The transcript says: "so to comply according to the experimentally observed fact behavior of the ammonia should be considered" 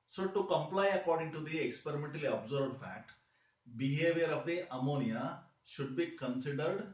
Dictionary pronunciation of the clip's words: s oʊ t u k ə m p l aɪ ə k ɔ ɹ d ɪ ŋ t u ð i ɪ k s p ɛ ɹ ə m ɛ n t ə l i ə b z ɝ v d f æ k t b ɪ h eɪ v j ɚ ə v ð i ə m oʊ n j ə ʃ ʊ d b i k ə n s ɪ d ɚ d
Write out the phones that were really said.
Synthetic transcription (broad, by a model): s oʊ t u k ə m p l aɪ ə k ɔ ɹ d ɪ ŋ t u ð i ɪ k s p ɛ ɹ ə m ɛ n t ə l i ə b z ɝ b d f æ k t b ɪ h eɪ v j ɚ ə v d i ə m oʊ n j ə ʃ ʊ d b i k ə n s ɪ d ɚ d